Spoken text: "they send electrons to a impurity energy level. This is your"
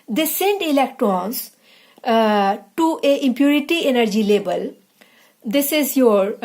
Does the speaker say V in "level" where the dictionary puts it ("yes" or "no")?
no